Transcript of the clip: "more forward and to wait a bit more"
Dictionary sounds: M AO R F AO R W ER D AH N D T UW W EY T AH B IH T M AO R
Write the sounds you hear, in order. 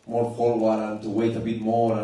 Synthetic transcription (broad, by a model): M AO R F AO L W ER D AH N T UW W EY T AH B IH T M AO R